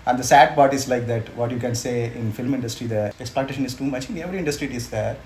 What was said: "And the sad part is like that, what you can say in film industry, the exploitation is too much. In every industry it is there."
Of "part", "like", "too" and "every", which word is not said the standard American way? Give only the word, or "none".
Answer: part